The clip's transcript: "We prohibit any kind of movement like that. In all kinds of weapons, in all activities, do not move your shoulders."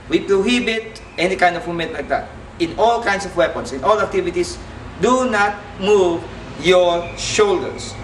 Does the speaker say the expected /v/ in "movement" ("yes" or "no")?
no